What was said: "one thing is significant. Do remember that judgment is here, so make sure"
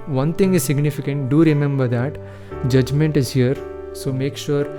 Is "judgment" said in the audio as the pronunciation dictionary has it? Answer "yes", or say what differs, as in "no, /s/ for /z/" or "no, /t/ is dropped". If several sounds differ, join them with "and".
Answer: yes